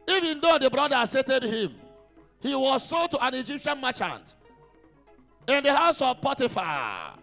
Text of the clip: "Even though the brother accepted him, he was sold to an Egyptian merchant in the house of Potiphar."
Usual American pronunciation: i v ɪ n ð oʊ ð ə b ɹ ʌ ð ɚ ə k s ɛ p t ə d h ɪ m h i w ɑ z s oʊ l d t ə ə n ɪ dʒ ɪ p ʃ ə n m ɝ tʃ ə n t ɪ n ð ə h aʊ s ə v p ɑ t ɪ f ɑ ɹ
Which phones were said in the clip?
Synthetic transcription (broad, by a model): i v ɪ n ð oʊ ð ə b ɹ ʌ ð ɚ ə s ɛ t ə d h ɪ m h i w ɑ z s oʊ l t ə ə n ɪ dʒ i p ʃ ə n m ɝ tʃ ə n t ɪ n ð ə h aʊ s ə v p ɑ t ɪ f ɑ